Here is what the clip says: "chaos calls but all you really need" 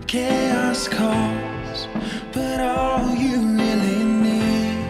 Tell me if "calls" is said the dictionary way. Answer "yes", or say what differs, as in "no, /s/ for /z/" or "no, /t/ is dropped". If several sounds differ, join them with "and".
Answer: no, /l/ is dropped